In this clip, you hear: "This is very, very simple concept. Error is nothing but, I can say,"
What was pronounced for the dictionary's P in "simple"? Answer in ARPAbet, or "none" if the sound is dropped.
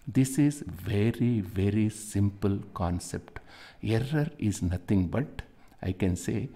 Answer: P